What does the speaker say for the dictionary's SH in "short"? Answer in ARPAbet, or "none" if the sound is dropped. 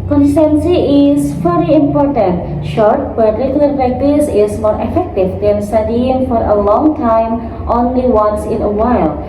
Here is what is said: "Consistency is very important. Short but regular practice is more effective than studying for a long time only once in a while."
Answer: SH